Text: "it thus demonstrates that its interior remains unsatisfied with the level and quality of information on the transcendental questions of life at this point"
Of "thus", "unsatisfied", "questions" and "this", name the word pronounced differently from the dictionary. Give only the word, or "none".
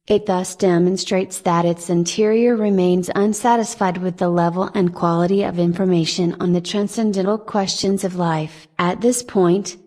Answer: none